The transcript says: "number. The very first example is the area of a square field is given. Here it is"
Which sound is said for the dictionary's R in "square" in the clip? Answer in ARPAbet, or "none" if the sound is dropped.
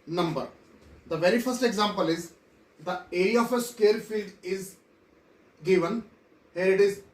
L